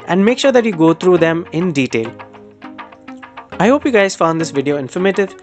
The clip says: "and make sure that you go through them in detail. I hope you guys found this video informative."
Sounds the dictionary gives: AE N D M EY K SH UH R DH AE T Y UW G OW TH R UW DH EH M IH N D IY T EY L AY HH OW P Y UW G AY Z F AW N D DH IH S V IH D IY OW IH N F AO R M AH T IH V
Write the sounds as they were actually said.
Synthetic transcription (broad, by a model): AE N D M EY K SH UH R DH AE T Y UW G OW T R UW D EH M IH N D IY T EY L AY HH OW P Y UW G AY Z F AW N D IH S V IH D IY OW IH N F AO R M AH T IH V